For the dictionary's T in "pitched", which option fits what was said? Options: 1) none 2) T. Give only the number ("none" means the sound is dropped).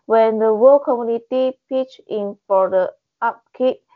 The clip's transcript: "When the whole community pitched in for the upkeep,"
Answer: 1